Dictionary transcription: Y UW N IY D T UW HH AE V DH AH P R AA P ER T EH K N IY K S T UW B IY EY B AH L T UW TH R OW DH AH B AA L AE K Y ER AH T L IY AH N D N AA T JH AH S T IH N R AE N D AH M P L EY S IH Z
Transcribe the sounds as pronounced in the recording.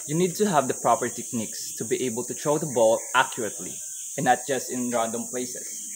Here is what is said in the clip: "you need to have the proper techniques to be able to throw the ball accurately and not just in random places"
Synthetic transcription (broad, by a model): Y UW N IY D T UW HH AE V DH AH P R AA P ER T EH K N IY K S T UW B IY EY B AH L T UW T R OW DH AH B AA L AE K Y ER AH T L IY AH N N AA T JH AH S T IH N R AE N D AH M P L EY S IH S